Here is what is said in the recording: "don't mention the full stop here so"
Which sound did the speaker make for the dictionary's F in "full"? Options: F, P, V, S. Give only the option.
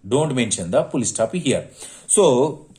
P